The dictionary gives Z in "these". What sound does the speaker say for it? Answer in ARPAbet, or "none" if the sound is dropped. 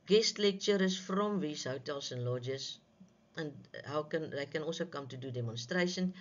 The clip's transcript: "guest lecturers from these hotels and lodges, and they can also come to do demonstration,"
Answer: S